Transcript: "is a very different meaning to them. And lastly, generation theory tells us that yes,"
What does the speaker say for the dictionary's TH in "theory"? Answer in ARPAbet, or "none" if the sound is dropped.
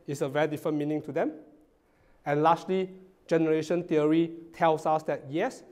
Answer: T